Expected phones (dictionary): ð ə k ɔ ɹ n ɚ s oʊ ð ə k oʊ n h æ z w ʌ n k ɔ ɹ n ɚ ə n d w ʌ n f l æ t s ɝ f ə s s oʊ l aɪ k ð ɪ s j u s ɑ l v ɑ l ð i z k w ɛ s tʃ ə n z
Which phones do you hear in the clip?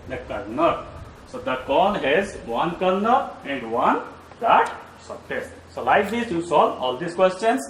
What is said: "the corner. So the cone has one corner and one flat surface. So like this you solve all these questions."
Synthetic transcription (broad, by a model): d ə k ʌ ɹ n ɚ s oʊ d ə k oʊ l h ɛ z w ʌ n k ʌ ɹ n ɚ ə n d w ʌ n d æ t s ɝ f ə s s oʊ l aɪ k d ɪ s j u s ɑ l ɑ l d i s k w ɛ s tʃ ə n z